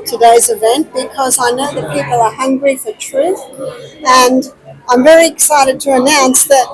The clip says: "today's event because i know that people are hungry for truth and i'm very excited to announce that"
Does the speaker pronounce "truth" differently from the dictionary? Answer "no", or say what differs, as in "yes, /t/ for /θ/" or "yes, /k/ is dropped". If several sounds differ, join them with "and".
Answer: no